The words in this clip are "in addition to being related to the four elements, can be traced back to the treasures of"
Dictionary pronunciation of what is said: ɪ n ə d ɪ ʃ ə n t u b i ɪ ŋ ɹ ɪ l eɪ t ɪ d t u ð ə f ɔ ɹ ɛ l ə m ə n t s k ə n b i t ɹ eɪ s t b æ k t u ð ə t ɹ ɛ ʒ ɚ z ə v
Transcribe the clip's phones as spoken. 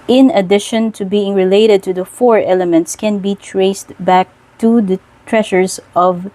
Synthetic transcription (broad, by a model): ɪ n ə d ɪ ʃ ə n t u b i ɪ ŋ ɹ ɪ l eɪ t ɪ d t u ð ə f ɔ ɹ ɛ l ə m ə n t s k ə n b i t ɹ eɪ s t b æ k t u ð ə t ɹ ɛ ʃ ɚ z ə v